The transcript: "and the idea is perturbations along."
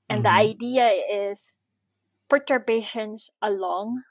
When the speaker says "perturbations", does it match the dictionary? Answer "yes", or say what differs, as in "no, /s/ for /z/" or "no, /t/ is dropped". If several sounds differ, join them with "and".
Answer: no, /s/ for /z/